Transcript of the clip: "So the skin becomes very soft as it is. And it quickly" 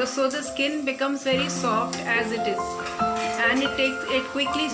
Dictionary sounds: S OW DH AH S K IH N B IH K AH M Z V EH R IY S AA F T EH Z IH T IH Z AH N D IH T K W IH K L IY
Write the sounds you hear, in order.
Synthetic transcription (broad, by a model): S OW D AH S K IH N B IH K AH M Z V EH R IY S AA F T EH Z IH T IH Z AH N D IH T K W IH K L IY